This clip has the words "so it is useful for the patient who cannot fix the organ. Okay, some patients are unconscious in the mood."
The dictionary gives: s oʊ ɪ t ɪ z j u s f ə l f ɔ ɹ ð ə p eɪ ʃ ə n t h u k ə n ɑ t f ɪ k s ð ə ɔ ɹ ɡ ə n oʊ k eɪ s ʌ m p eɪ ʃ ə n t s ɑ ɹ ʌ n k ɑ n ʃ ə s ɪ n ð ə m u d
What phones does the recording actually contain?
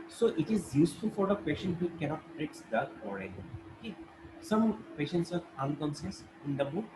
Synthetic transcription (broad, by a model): s oʊ ɪ t ɪ z j u s f ə l f ɔ ɹ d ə p eɪ ʃ ə n t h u k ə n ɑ t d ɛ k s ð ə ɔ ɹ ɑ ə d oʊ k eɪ s ʌ m p eɪ ʃ ə n t s ɑ ɹ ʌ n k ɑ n s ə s ɪ n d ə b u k